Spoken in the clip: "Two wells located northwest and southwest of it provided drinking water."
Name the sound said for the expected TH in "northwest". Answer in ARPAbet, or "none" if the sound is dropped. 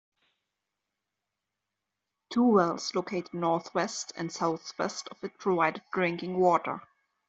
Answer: TH